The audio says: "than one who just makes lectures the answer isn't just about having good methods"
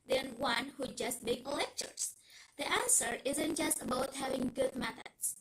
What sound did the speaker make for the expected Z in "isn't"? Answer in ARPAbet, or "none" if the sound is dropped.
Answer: Z